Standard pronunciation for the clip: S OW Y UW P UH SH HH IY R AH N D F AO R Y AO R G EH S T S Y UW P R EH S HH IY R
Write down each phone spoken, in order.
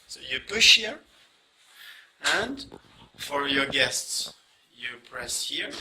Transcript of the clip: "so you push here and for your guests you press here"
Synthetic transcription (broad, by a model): S OW Y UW P UH SH HH IY R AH N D F AO R Y AO R G EH S T S Y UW P R EH S HH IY R